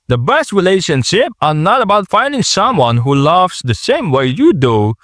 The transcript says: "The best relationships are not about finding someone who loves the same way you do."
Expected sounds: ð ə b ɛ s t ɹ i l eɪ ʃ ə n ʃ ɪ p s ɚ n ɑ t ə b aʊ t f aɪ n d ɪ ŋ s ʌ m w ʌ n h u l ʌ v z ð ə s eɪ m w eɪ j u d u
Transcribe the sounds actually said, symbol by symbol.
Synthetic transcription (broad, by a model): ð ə b ɛ s t ɹ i l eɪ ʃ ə n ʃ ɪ p ɚ n ɑ t ə b aʊ t f aɪ n d ɪ ŋ s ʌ m w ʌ n h u l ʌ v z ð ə s eɪ m w eɪ j u d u